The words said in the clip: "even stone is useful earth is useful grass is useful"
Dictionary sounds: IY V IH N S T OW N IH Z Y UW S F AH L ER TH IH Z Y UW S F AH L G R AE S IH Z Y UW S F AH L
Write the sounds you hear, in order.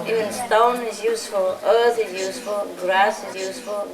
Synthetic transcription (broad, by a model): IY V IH N S T OW N IH Z Y UW S F AH L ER TH IH Z Y UW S F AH L G R AE S IH Z Y UW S F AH L